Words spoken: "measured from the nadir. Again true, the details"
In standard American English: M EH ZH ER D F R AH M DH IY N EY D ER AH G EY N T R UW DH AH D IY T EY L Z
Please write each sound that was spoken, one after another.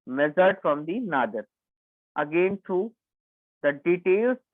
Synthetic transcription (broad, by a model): M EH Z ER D F R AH M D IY N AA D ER AH G EY N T UW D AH D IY T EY L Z